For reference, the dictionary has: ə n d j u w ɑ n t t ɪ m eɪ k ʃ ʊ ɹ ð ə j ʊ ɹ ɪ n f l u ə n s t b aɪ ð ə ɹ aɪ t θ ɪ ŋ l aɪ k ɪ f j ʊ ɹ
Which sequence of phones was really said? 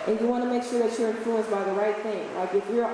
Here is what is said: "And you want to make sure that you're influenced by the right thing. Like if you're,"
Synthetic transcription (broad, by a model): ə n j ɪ w ɑ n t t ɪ m eɪ k ʃ ʊ ɹ ð ə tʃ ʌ ɹ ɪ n f l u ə n s b aɪ ð ə ɹ aɪ t θ ɪ ŋ l aɪ k ɪ f j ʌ ɹ